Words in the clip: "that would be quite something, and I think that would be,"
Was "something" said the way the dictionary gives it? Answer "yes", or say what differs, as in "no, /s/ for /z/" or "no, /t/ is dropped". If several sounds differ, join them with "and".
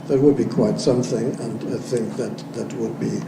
yes